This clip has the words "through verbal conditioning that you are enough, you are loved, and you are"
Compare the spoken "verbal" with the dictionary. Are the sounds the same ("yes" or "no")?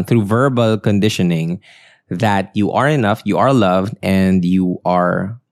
yes